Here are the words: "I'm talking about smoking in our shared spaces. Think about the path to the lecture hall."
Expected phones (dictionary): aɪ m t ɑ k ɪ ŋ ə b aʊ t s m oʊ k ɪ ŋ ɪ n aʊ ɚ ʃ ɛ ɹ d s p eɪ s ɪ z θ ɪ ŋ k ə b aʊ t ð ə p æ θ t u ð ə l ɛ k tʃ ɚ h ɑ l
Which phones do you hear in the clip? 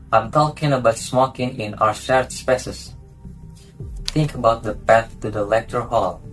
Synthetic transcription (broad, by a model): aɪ m t ɑ k ɪ ŋ ə b aʊ t s m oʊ k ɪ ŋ ɪ n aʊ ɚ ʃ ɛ ɹ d s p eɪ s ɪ s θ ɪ ŋ k ə b aʊ t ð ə p æ θ t u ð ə l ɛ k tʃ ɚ h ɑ l